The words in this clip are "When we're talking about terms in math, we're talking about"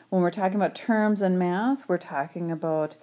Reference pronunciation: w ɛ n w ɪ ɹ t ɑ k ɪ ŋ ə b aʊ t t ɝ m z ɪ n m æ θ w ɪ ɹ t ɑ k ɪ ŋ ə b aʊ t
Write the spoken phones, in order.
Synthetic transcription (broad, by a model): w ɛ n w ɪ ɹ t ɑ k ɪ ŋ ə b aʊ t t ɝ m z ɪ n m æ θ w ɪ ɹ t ɑ k ɪ ŋ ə b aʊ t